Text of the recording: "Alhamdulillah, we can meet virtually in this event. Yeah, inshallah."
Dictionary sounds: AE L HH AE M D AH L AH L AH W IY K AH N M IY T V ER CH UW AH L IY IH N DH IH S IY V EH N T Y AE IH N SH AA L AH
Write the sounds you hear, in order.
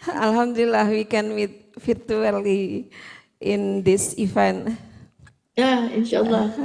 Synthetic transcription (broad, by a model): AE L HH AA M D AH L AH L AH W IY K AH N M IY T F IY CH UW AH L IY IH N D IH S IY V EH N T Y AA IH N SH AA L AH